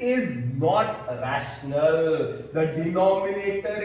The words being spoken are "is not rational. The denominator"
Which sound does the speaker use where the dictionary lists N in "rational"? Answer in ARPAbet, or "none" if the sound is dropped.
N